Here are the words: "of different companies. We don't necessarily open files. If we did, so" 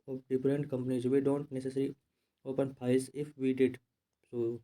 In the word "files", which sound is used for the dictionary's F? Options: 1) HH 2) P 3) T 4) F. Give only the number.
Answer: 2